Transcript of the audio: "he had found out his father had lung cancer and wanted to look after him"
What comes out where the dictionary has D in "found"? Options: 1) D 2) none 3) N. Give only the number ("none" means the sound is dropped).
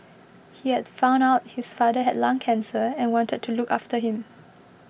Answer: 2